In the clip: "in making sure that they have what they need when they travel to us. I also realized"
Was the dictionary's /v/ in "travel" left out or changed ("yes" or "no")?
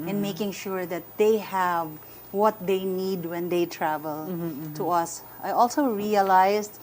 no